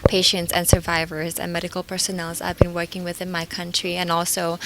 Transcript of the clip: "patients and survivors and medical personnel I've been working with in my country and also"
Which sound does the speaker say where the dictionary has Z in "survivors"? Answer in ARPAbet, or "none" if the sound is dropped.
Z